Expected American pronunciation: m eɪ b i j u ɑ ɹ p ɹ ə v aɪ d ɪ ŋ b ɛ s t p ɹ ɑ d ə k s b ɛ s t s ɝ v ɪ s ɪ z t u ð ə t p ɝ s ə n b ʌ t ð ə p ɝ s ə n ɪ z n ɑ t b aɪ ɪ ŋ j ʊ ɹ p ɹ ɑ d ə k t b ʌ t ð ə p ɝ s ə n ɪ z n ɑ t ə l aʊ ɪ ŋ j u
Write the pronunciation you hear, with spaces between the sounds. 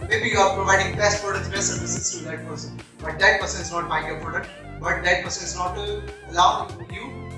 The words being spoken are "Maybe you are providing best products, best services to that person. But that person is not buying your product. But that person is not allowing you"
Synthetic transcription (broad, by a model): m eɪ b i j u ɑ ɹ p ɹ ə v aɪ d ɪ ŋ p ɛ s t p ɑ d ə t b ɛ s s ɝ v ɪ s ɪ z t u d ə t p ɝ s ə n b ʌ t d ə p ɝ s ə n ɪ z n ɑ t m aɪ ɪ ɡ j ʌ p ɑ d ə t b ʌ t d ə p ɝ s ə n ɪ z n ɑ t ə l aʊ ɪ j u